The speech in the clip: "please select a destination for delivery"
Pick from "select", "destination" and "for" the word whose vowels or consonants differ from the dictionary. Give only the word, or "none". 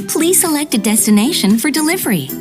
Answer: none